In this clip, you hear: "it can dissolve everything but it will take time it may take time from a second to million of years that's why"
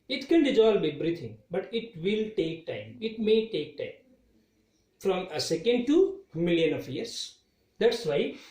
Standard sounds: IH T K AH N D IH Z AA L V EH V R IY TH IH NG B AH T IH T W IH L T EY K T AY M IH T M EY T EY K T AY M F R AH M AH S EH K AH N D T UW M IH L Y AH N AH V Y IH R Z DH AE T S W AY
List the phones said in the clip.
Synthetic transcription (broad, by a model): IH T K AH N D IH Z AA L B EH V R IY T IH NG B AH T IH T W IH L T EY K T AY M IH T M EY T EY K T AY M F R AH M AH S EH K AH N D T UW M IH L Y AH N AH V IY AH R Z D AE T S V AY